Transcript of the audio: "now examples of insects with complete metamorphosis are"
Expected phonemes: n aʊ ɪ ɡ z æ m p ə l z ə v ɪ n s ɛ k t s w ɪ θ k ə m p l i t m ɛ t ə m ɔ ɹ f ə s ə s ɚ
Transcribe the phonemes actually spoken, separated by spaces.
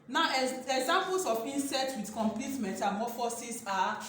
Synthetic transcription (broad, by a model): n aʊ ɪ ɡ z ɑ m p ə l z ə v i n s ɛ t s w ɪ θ k ə m p l i t m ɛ t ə m ɔ f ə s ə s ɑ